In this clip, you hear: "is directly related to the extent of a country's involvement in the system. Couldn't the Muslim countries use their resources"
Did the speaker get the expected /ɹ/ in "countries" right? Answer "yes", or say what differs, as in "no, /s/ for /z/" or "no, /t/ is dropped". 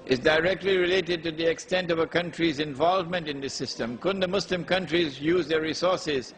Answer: yes